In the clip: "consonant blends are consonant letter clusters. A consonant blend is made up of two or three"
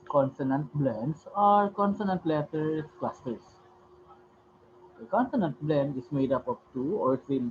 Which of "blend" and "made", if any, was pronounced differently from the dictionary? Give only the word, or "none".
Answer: none